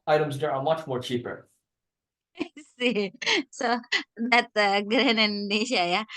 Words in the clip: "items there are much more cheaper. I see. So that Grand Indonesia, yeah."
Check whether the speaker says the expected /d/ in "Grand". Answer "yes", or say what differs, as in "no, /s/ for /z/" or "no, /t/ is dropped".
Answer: no, /d/ is dropped